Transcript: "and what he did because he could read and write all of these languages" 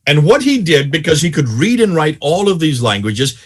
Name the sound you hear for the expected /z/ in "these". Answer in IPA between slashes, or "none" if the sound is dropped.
/z/